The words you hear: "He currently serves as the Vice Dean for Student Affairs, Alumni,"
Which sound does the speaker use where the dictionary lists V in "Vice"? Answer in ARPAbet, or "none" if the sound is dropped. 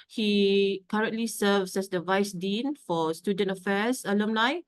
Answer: V